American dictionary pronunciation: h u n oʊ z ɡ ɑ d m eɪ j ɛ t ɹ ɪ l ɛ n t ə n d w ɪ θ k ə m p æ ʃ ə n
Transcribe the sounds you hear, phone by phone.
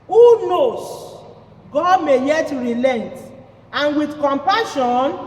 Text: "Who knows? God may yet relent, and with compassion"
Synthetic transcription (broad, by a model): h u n oʊ s ɡ ɑ d m eɪ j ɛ t ɹ ɪ l ɛ n t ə n w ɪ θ k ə m p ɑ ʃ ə n